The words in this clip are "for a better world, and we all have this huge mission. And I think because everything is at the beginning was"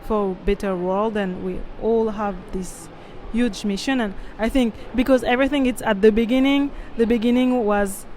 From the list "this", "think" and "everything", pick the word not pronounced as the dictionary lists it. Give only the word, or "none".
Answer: none